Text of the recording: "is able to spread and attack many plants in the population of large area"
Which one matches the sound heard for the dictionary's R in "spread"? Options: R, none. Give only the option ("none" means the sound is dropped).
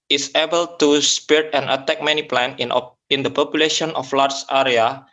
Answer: none